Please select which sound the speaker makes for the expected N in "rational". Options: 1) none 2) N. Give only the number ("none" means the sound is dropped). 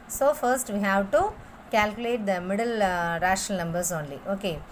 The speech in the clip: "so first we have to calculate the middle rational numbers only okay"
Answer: 1